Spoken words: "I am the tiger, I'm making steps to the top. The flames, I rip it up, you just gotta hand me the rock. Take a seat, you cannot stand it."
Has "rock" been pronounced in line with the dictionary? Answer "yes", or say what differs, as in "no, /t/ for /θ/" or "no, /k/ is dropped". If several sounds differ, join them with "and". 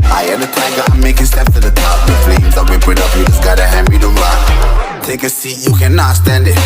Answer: no, /l/ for /ɹ/